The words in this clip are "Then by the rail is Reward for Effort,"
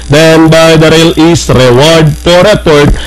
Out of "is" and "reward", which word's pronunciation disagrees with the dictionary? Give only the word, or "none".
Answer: is